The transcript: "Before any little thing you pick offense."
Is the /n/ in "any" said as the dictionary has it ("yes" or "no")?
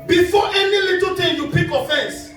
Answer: yes